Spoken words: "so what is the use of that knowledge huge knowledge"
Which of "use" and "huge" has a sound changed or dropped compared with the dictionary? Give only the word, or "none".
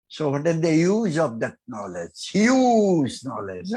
huge